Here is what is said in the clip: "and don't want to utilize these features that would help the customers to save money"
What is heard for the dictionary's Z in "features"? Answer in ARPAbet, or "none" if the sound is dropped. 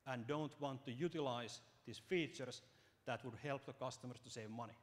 S